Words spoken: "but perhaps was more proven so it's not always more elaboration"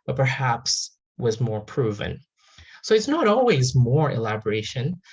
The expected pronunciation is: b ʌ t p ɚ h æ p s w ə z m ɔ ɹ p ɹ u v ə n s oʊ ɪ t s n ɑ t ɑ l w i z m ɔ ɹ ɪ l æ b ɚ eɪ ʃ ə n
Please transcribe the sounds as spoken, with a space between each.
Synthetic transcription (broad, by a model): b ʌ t p ɚ h æ p s w ə z m ɔ ɹ p ɹ u v ə n s oʊ ɪ t s n ɑ t ɑ l w i z m ɔ ɹ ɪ l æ b ɚ eɪ ʃ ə n